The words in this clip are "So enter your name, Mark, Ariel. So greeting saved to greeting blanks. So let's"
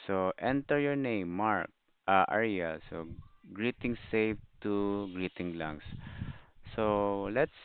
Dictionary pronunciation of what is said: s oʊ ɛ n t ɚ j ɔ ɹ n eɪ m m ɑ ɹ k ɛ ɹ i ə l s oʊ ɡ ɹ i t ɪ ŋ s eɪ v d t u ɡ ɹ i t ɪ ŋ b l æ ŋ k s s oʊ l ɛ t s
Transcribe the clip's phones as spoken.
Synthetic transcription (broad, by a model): s oʊ ɛ n t ɚ j ɔ ɹ n eɪ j m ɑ ɹ k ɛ ɹ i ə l s oʊ ɡ ɹ i t ɪ ŋ s eɪ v t u ɡ ɹ i t ɪ ŋ l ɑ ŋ s s oʊ l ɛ t s